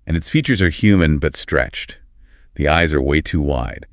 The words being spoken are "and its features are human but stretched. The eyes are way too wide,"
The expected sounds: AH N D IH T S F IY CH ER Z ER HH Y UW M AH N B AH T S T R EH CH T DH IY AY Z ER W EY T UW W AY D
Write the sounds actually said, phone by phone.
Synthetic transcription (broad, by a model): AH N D IH T S F IY CH ER Z ER HH Y UW M AH N B AH T S T R EH CH T DH IY AY Z ER W EY T UW W AY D